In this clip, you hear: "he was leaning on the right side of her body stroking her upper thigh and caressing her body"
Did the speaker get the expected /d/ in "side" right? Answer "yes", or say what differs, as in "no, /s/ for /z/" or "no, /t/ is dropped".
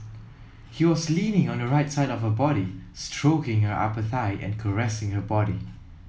yes